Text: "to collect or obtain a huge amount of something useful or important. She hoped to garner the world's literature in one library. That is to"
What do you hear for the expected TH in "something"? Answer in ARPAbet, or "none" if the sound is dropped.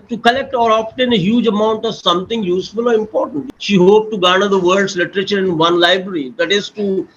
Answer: T